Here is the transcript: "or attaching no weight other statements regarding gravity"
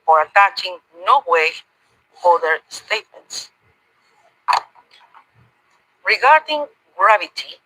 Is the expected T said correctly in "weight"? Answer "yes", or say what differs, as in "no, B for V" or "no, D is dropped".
no, T is dropped